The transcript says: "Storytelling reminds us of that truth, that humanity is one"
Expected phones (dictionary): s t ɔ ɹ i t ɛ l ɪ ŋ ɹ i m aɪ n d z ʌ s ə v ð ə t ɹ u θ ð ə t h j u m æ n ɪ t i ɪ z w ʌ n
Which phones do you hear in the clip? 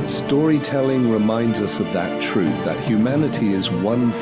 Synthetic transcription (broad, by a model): s t ɔ ɹ i t ɛ l ɪ ŋ ɹ i m aɪ n d z ʌ s ə v ð ə t ɹ u θ ð ə t h j u m æ n ɪ t i ɪ z w ʌ n